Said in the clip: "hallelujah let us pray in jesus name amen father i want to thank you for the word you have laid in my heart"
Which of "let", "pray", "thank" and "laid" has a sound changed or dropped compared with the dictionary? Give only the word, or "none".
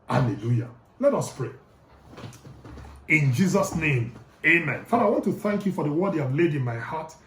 none